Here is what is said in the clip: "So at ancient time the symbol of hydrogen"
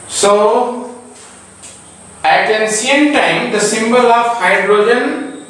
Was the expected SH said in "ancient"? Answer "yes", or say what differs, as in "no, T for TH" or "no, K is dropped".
no, S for SH